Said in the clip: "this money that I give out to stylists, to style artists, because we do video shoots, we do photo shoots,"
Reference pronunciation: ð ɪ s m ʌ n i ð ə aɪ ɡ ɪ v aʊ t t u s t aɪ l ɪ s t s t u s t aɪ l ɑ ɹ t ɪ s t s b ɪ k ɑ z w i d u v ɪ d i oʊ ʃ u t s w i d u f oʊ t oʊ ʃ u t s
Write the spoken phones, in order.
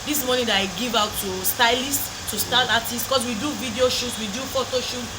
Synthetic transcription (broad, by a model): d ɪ s m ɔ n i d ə aɪ ɡ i v aʊ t t u s t aɪ l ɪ s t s t u s t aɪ n ɑ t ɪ s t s k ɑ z w i d u v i d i oʊ ʃ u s w i d u f oʊ t oʊ ʃ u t